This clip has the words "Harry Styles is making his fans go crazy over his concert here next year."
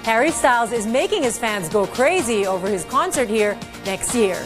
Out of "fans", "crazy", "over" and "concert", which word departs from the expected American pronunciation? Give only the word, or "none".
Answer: none